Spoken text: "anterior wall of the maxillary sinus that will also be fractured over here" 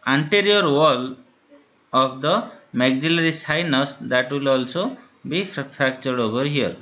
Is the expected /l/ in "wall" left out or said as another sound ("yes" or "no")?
no